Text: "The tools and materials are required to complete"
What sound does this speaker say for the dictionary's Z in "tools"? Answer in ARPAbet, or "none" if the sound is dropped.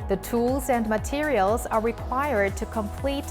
Z